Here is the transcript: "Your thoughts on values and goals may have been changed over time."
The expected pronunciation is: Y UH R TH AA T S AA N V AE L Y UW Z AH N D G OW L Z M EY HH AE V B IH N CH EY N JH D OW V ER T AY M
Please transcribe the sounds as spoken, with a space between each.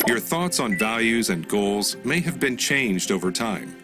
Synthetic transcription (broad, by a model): Y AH R TH AA T S N V AE L Y UW Z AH N G OW L Z M EY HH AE V B IH N CH EY N JH D OW V ER T AY M